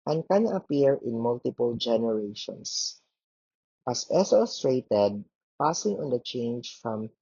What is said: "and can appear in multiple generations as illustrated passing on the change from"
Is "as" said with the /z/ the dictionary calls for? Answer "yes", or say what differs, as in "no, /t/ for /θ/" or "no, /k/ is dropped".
no, /s/ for /z/